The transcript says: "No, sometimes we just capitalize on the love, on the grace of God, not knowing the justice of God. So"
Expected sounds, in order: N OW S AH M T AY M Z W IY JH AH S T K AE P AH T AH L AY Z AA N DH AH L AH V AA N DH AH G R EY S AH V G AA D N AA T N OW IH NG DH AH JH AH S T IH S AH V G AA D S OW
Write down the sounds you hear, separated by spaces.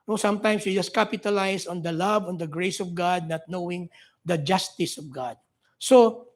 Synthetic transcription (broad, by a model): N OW S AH M T AY M S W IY JH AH S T K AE P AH T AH L AY S AA N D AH L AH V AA N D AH G R EY S AH V G AA D N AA T N OW IH NG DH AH JH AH S T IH S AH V G AA D S OW